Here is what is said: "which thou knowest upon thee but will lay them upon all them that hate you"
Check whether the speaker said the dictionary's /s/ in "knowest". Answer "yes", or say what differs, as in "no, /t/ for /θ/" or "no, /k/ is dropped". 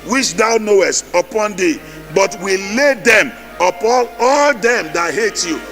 yes